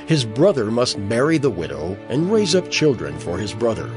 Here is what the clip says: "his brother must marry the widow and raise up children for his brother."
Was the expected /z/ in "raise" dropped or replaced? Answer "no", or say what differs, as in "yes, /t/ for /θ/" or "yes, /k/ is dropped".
no